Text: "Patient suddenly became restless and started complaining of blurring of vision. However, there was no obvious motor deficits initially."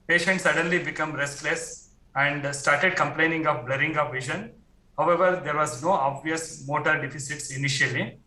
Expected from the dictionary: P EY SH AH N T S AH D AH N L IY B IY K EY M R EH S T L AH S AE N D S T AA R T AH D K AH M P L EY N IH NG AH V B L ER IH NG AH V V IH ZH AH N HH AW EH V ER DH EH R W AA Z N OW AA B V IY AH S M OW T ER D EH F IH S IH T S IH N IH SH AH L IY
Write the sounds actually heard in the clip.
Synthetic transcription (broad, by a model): P EY SH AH N T S AH D AH N L IY B IY K EY M R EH S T L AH S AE N D S T AA R T AH D K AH M P L EY N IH NG AH V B L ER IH NG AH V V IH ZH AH N HH AW EH V ER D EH R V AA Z N OW AA B V IY AH S M OW T ER D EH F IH S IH T S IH N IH SH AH L IY